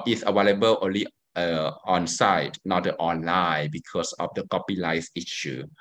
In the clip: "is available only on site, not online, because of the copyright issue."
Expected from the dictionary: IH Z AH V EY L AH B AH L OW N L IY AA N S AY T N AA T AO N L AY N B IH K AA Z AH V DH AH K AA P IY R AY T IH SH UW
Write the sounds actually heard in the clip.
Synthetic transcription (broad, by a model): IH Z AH W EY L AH B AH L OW N L IY AA N S AY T N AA T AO N L AY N B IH K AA S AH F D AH K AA P IY L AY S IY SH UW